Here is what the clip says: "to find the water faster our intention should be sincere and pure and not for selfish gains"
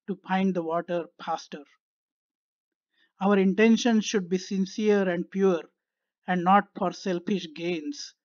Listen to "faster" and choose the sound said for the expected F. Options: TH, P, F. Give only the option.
P